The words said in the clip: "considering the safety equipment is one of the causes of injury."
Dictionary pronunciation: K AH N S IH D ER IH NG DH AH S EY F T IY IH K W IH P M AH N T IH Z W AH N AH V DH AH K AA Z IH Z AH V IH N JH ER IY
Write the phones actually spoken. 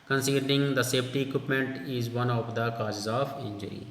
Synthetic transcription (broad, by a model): K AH N S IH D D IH NG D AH S EY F T IY IH K W IH P M AH N T IH Z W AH N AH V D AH K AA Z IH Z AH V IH N JH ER IY